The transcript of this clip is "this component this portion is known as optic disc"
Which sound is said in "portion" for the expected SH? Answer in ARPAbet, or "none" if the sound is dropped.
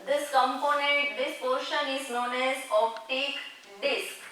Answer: SH